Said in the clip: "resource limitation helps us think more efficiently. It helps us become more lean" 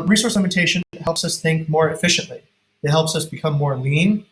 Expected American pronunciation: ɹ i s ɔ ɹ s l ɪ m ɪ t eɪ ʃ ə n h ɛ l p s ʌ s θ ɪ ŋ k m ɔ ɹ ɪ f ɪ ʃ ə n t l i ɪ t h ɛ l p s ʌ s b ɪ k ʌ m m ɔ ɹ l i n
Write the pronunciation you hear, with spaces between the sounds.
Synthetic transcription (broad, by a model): ɹ i s ɔ ɹ s l ɪ m ɪ t eɪ ʃ ə n h ɛ l p s ʌ s θ ɪ ŋ k m ɔ ɹ ɪ f ɪ ʃ ə n t l i ɪ t h ɛ l p s ʌ s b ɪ k ʌ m m ɔ ɹ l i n